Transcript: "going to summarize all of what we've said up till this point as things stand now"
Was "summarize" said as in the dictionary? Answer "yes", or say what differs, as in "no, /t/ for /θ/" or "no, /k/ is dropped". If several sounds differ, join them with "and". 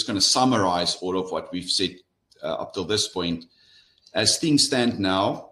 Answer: yes